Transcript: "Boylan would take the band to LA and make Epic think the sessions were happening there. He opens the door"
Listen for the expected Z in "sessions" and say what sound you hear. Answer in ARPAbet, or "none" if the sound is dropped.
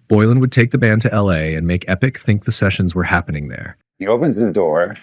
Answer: Z